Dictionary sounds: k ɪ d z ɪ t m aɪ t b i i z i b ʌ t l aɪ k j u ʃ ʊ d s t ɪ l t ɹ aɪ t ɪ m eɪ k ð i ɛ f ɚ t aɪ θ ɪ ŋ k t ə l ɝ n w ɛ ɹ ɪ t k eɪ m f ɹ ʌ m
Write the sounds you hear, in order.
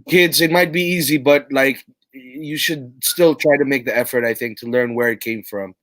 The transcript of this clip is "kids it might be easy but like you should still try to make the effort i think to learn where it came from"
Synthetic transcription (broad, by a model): k ɪ d z ɪ t m aɪ t b i i z i b ʌ t l aɪ k j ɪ ʃ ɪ d s t ɪ l t ɹ aɪ t ɪ m eɪ k ð i ɛ f ɚ t aɪ θ ɪ ŋ k t ə l ɝ n w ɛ ɹ ɪ t k eɪ m f ɹ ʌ m